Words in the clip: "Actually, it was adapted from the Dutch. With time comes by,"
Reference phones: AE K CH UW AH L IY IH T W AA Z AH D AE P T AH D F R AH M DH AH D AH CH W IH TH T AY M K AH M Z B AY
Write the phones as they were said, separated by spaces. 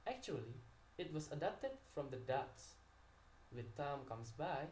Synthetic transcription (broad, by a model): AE K CH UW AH L IY IH T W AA S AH D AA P T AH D F R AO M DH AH D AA S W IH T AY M K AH M S B AY